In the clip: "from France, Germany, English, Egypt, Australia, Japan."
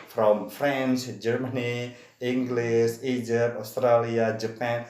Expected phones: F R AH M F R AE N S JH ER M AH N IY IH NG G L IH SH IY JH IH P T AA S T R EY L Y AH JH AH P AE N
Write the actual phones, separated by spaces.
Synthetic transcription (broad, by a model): F R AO M F R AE N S JH ER M AH N IY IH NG G L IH S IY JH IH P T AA S T R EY L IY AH JH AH P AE N